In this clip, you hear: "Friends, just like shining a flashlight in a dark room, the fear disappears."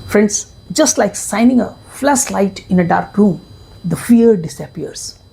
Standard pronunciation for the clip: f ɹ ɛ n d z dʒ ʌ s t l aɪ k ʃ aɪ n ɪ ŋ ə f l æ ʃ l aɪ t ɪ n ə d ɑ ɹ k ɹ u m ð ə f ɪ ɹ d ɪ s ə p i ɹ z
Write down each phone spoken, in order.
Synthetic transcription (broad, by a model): f ɹ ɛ n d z dʒ ʌ s t l aɪ k s aɪ n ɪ ŋ ə f l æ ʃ l aɪ t ɪ n ə d ɑ ɹ k ɹ u m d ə f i ɹ d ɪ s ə p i ɹ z